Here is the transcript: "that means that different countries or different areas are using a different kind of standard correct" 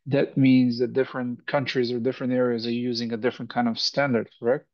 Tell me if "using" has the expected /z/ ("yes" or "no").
yes